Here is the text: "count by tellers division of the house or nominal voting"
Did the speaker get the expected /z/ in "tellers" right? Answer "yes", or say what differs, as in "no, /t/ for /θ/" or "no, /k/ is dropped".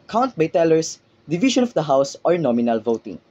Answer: no, /s/ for /z/